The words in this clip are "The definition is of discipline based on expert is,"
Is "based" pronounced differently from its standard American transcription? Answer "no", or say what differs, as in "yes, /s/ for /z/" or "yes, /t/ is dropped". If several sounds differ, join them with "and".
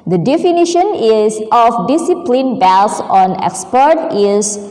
yes, /t/ is dropped